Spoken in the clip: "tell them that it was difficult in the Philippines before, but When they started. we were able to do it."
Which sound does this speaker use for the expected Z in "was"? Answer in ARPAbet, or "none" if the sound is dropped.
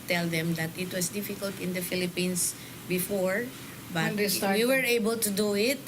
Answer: S